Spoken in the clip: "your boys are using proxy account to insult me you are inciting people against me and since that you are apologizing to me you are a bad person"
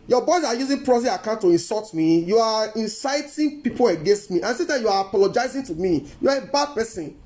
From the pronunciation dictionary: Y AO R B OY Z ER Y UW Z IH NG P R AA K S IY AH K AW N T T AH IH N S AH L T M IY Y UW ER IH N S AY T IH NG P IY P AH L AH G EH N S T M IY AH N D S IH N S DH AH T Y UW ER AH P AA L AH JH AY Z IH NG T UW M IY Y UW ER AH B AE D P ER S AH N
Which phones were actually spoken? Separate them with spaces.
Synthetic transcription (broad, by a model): Y AO B OY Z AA Y UW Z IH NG P R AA S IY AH K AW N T T AH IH N S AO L T M IY Y UW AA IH N S AY T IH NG P IY P AH L AH G EH N S T M IY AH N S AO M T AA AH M Y UW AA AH P AA L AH JH AY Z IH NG T UW M IY Y UW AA AH B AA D P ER S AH N